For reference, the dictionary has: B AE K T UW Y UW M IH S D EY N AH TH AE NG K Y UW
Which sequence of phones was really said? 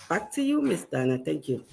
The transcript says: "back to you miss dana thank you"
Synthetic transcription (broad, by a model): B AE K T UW Y UW M IH S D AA N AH T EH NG K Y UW